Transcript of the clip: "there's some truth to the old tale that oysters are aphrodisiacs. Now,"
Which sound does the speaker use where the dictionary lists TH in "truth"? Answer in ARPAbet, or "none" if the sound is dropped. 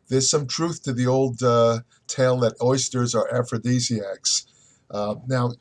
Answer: TH